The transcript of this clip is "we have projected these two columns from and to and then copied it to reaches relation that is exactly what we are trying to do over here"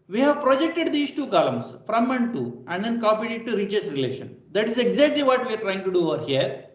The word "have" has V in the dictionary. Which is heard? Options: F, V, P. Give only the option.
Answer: V